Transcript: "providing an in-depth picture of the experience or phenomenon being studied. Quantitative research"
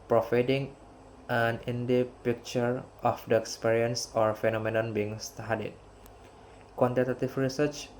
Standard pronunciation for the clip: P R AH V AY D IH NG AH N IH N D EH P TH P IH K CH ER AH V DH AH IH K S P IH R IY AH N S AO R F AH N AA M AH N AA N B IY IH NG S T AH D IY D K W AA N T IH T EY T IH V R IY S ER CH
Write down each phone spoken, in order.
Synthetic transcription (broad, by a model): P R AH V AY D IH NG AH N IH N D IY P P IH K CH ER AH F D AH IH K S P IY R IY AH N S AO R F AH N AA M AH N AA N B IY IH NG S T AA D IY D K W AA N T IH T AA T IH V R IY S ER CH